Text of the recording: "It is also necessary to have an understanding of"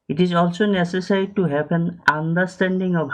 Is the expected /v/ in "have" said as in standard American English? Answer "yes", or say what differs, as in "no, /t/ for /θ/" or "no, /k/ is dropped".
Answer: no, /p/ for /v/